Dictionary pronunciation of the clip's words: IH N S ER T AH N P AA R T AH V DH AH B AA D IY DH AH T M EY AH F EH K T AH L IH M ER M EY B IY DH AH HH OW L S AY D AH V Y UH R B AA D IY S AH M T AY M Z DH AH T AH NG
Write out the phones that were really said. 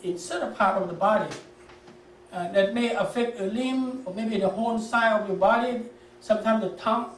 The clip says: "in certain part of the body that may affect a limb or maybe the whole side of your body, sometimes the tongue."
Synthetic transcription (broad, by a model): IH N S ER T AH P AA R T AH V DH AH B AA D IY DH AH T M EY AH F EH K T AH L IH M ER M EY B IY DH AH HH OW N S AY AH V Y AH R B AA D IY S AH M T AY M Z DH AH T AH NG